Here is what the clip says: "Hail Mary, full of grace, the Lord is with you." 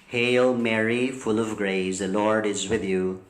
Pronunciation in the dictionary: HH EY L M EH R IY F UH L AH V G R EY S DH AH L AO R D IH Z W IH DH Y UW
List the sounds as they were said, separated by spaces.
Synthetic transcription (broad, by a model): HH EY L M EH R IY F UH L AH V G R EY S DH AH L AO R D IH Z W IH DH Y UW